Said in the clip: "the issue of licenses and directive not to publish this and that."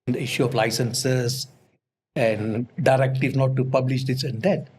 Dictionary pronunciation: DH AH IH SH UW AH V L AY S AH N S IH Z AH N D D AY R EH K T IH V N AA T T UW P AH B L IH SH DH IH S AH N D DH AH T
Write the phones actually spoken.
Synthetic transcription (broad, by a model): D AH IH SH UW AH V L AY S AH N S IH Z AH N D D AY R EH K T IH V N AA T T UW P AH B L IH SH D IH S AH N D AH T